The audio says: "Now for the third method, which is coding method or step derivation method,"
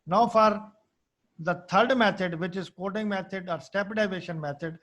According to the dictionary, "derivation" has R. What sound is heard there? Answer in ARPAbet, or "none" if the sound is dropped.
none